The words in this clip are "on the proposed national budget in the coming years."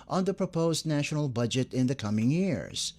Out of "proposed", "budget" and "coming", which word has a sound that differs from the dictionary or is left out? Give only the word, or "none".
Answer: none